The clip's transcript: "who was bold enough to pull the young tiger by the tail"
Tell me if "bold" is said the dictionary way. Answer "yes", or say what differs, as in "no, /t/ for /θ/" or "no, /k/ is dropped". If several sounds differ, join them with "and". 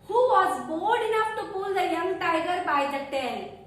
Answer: no, /l/ is dropped